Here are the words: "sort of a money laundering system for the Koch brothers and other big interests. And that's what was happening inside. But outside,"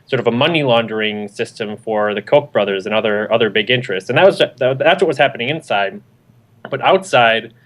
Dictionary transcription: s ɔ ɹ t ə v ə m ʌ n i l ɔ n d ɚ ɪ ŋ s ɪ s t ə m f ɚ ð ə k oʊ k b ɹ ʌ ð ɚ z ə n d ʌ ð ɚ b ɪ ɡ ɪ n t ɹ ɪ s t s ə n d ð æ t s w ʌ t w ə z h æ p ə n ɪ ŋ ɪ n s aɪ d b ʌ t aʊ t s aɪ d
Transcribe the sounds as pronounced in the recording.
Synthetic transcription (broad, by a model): s ɔ ɹ t ə v ə m ʌ n i l ɔ n d ɚ ɪ ŋ s ɪ s t ə m f ɚ ð ə k oʊ k b ɹ ʌ ð ɚ z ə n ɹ ʌ ð ɚ b ɪ ɡ ɪ n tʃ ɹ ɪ s t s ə n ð ð æ t s w ʌ t w ə z h æ p ə n ɪ ŋ ɪ n s aɪ d b ʌ t aʊ t s aɪ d